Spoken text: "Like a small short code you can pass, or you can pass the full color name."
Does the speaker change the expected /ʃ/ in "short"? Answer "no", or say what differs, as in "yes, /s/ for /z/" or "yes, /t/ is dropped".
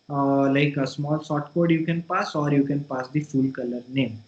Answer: yes, /s/ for /ʃ/